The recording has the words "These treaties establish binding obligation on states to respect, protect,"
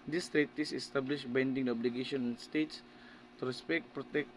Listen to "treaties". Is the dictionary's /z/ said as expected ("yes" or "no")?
no